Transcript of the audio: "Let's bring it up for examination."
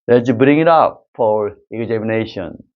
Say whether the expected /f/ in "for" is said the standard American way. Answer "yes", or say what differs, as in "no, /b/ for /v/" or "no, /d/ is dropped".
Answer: yes